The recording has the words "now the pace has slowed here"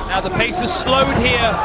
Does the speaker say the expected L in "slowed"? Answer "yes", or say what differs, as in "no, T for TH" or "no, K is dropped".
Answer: yes